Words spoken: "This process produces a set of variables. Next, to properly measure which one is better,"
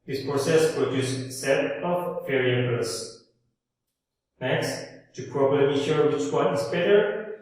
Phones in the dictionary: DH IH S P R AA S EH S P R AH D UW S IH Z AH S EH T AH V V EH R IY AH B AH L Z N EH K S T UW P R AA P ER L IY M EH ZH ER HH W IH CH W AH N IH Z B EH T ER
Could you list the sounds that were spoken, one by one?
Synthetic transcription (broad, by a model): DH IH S P R AA S EH S P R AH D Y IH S S EH T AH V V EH R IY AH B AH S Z N EH K S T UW P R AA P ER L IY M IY SH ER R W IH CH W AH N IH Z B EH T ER